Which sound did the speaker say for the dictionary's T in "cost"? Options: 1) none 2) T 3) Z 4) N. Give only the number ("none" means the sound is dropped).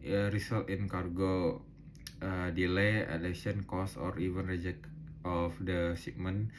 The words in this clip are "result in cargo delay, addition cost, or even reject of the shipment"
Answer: 1